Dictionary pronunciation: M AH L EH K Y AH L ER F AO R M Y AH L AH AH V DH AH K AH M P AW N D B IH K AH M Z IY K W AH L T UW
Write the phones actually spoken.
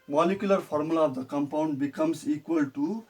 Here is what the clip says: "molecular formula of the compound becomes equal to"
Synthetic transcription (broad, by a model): M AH L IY K Y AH L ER P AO R M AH L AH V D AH K AH M P AW N D B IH K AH M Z IY K W AH L T UW